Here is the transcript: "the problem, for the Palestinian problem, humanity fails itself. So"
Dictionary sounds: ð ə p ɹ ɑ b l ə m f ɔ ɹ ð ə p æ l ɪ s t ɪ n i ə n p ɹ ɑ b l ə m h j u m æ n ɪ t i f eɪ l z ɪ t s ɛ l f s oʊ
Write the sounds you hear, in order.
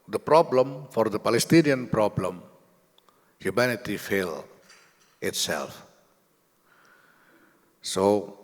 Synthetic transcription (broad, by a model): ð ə p ɹ ɑ b l ə m f ɔ ɹ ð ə p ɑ l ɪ s t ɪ n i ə n p ɹ ɑ b l ə m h j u m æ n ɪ t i f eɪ l ɪ t s ɛ l f s oʊ